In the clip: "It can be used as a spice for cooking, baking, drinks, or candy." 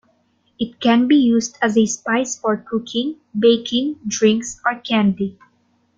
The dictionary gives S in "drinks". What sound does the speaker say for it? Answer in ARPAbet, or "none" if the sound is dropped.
S